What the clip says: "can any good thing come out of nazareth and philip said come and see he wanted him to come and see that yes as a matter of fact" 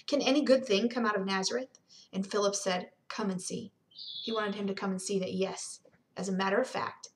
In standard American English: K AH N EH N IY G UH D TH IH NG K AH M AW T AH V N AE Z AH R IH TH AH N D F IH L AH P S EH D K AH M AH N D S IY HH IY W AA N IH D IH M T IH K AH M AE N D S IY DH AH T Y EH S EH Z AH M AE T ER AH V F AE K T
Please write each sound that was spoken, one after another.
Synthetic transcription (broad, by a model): K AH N EH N IY G UH D TH IH NG K AH M AW T AH V N AE Z AH R IH TH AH N F IH L AH P S EH D K AH M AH N S IY HH IY W AA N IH D IH M T IH K AH M N S IY DH AH T Y EH S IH Z AH M AE T ER AH V F AE K T